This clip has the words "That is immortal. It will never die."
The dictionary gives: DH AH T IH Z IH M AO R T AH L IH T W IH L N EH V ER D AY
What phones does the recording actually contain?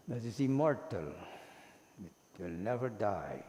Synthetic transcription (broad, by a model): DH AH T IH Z IH M AO R T AH L IH T W IH L N EH V ER D AY